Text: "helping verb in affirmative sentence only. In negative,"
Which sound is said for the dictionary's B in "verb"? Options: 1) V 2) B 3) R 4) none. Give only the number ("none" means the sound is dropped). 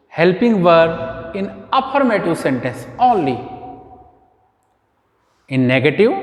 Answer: 4